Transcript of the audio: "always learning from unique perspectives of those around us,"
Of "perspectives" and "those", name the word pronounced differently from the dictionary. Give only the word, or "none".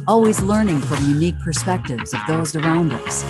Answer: none